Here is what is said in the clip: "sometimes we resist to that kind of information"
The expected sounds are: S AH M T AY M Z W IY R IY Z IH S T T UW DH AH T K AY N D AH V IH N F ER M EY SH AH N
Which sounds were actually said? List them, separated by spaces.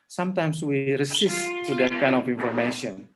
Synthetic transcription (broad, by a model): S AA M T AY M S W IY R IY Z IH S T T UW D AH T K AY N AH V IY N F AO M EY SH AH N